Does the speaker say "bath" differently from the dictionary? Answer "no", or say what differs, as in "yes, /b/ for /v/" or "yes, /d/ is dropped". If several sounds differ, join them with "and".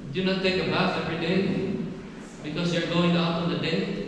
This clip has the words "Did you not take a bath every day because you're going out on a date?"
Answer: yes, /f/ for /θ/